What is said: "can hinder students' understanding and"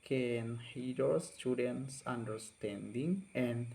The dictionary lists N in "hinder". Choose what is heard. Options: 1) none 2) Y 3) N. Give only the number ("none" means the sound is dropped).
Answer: 1